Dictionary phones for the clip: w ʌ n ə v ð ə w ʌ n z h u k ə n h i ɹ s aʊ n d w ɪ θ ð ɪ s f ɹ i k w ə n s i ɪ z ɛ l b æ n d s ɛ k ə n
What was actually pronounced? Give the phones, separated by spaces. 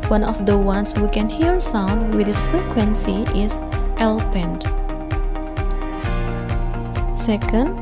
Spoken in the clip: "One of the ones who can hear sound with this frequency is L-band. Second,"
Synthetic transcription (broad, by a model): w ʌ n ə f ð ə w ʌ n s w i k ə n h i ɹ s aʊ n d w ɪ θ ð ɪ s f ɹ i k w ə n s i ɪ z ɛ l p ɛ n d s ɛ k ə n